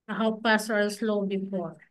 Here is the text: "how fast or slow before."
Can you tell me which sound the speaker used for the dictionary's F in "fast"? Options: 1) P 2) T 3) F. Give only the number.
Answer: 1